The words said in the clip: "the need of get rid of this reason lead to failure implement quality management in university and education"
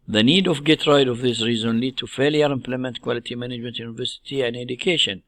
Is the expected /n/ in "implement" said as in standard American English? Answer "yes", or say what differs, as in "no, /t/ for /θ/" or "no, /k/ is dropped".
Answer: yes